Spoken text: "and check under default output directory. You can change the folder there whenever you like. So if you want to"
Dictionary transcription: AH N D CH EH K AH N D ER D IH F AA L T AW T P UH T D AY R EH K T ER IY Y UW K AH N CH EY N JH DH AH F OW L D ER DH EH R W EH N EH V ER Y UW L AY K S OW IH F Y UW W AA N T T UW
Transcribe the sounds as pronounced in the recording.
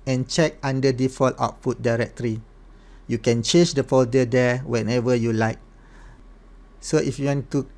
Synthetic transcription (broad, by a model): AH N CH EH K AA N D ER D IH F AA L T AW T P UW T D AY R EH K T ER IY Y UW K AH N CH EY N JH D AH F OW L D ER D EH W EH N EH V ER Y UW L AY K S OW IH F Y UW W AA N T T UW